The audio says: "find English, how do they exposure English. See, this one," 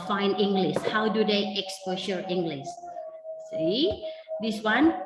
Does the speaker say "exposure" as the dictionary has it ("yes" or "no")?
no